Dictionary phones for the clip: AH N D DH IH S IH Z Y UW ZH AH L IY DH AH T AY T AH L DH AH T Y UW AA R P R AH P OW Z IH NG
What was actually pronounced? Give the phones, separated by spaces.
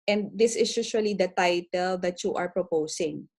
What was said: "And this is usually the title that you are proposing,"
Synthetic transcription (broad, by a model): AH N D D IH S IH S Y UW SH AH L IY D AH T AY T AH L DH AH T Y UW AA R P R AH P OW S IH NG